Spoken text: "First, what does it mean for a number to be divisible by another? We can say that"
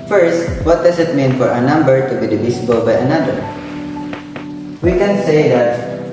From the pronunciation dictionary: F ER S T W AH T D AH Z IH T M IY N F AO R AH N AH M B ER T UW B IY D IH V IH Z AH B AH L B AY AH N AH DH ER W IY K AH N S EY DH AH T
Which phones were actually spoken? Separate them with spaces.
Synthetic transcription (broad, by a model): F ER S T W AH T D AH S IH T M IY N F AO R AH N AH M B ER T UW B IY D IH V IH S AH B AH L B AY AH N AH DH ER W IY K AH N S EY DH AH T